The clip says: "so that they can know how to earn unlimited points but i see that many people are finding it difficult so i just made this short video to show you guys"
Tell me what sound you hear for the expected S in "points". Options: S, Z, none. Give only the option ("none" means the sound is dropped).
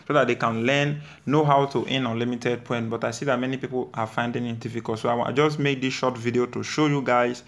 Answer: none